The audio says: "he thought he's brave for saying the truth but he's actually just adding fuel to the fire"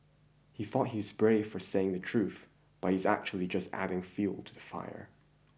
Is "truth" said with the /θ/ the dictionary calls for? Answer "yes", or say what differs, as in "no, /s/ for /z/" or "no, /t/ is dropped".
yes